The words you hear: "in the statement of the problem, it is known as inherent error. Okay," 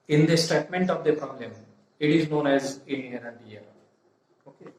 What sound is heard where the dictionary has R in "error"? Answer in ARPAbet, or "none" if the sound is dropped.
none